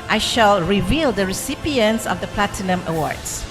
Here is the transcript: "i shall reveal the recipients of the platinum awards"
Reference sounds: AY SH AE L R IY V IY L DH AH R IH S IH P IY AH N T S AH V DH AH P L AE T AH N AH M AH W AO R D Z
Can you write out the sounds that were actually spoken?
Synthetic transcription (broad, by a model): AY SH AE L R IY V IY L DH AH R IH S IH P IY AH N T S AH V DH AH P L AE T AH N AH M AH W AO R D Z